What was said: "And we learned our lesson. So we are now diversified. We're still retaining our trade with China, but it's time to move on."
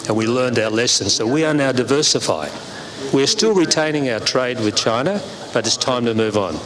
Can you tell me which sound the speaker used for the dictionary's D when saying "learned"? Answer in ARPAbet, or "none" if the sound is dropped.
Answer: D